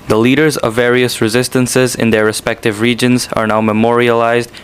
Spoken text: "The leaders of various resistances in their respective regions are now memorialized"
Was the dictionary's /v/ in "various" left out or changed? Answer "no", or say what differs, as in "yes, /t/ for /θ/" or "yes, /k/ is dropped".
no